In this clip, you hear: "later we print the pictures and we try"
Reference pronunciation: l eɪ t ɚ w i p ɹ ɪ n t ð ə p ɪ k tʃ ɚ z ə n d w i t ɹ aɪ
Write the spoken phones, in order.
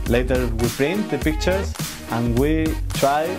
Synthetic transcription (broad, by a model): l eɪ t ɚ w i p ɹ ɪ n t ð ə p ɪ k tʃ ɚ ə n w i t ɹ aɪ